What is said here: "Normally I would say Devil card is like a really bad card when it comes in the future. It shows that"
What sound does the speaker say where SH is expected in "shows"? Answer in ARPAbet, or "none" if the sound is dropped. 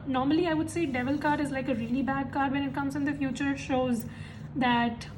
SH